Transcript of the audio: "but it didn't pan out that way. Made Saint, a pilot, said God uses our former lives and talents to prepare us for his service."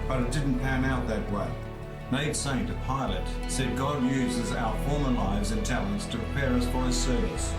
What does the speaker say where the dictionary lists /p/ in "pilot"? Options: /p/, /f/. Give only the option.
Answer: /p/